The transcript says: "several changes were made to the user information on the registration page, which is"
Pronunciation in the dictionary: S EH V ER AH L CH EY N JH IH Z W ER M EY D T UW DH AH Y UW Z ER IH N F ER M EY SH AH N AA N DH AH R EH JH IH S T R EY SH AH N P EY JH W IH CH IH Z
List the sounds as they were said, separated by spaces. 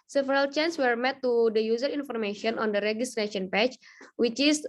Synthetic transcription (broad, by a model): S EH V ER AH L CH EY N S W ER M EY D T UW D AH Y UW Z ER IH N F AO M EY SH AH N AA N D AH R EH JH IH S T R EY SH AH N P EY CH W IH CH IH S